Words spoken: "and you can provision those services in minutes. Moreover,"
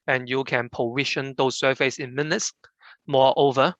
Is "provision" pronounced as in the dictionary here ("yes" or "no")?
no